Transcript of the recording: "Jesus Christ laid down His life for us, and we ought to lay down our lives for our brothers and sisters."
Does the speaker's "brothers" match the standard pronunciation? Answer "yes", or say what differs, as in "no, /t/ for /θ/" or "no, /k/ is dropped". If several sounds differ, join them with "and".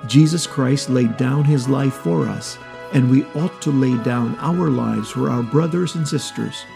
yes